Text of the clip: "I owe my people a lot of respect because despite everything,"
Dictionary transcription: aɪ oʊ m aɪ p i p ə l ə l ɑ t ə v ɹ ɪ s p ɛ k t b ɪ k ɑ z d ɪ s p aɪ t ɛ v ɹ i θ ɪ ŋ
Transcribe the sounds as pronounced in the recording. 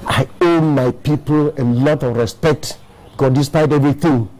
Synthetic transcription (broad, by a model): aɪ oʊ m aɪ p i p ə l ə l ɑ t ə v ɹ ɪ s p ɛ k t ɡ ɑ d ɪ s p aɪ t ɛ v ɹ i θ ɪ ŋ